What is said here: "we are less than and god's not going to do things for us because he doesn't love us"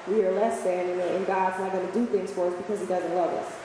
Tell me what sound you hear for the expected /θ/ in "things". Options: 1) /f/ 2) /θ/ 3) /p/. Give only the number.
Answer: 2